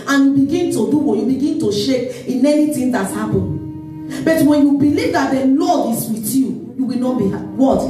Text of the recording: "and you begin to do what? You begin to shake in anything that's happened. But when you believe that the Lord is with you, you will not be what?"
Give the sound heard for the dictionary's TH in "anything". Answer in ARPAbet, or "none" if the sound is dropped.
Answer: T